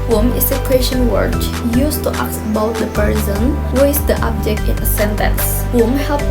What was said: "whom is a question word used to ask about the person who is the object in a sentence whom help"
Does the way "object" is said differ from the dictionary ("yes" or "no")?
no